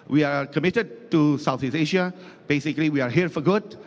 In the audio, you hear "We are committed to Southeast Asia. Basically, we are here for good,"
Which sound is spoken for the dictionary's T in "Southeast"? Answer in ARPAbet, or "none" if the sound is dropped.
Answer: none